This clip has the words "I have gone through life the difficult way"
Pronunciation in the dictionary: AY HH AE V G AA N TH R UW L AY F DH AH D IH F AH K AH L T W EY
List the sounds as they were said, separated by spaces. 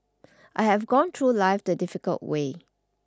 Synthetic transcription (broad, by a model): AY HH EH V G AA N T R UW L AY F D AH D IH F AH K AH L T W EY